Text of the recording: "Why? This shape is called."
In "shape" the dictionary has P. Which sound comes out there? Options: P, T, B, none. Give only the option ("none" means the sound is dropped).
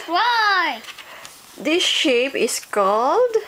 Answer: P